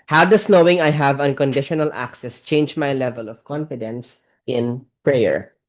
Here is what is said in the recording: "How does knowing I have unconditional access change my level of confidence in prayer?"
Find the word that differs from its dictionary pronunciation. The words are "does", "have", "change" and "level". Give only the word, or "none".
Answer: does